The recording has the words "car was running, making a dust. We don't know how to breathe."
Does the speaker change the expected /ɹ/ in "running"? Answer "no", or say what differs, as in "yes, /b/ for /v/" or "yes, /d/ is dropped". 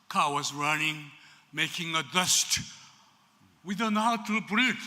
no